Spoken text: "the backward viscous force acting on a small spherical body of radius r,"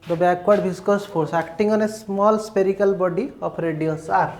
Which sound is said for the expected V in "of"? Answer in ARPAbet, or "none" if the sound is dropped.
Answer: P